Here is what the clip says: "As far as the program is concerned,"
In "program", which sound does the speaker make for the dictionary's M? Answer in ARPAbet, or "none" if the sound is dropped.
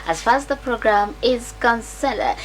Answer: M